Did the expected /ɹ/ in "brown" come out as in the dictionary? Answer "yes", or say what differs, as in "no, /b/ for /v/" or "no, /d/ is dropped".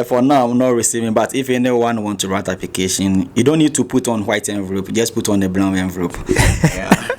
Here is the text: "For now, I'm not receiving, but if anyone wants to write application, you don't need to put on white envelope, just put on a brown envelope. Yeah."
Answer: no, /l/ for /ɹ/